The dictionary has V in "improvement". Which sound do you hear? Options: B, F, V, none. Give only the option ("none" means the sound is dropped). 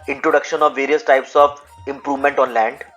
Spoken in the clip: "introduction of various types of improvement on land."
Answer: V